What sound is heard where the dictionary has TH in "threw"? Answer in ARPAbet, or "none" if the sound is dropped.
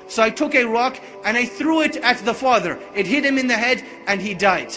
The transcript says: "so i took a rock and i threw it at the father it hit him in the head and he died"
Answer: TH